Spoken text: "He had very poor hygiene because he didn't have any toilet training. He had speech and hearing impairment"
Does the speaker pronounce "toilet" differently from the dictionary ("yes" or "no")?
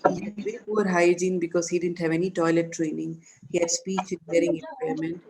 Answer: no